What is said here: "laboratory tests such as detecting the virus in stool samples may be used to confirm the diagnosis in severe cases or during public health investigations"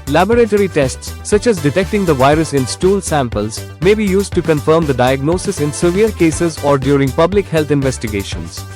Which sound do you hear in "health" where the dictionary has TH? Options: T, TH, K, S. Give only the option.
T